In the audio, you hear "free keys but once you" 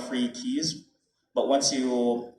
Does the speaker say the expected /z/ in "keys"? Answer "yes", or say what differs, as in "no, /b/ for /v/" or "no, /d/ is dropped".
yes